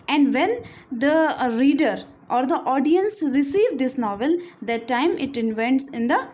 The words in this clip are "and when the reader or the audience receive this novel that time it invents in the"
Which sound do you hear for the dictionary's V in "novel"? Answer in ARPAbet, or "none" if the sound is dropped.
V